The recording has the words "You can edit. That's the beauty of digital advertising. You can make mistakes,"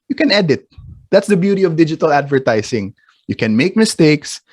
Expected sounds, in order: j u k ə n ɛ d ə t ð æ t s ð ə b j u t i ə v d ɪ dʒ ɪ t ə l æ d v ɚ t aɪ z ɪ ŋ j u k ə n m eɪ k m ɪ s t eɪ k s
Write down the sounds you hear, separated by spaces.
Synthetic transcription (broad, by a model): j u k ə n ɛ d ə t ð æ t s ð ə b j u t i ə v d ɪ dʒ ɪ t ə l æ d v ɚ t aɪ s ɪ ŋ j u k ə n m eɪ k m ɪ s t eɪ k s